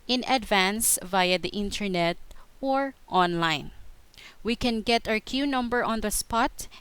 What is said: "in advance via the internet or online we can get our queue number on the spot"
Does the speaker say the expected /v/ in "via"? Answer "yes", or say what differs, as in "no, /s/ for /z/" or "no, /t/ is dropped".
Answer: yes